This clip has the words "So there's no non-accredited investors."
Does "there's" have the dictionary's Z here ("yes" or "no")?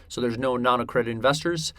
yes